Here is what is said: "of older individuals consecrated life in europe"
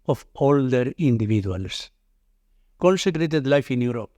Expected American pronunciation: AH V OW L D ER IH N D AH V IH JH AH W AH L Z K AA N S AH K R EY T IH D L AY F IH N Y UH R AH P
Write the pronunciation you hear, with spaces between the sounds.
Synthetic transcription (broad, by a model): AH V OW L D ER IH N D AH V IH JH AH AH L S K AA N S AH K R EY T IH D L AY F IH N Y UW R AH P